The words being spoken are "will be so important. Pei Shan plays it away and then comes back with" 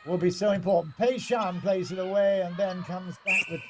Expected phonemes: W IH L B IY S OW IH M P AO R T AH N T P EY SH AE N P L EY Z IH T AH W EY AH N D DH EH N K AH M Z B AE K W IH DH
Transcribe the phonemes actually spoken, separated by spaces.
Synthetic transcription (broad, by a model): W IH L B IY S OW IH M P AO R T N P EY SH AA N P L EY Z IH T AH W EY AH N DH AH N K AH M Z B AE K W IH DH